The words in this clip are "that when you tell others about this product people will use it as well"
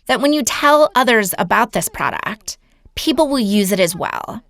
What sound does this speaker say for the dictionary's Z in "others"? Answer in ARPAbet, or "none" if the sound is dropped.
Z